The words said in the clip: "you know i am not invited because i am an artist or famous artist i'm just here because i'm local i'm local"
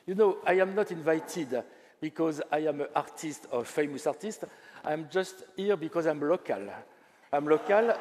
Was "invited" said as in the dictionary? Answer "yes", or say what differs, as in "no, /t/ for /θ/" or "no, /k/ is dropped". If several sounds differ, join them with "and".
yes